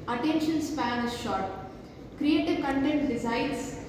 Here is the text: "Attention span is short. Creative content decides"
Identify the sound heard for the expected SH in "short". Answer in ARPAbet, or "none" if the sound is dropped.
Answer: SH